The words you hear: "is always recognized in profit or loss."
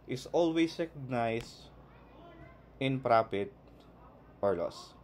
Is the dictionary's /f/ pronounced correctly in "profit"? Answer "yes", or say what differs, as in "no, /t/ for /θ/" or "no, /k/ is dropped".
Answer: no, /p/ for /f/